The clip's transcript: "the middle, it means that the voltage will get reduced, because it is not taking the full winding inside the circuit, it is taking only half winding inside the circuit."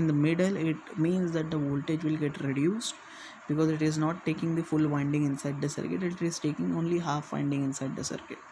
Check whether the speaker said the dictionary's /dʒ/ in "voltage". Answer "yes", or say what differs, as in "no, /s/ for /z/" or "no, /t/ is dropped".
yes